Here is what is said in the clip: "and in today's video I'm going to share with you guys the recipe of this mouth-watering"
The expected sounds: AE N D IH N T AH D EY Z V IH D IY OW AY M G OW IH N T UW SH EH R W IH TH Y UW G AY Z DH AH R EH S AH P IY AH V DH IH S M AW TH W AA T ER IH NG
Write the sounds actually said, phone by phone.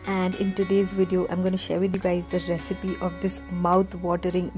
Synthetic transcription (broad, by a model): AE N D IH N T AH D EY Z V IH D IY OW AY M G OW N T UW SH EH R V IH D Y UW G AY Z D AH R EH S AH P IY AH V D IH S M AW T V AA T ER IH NG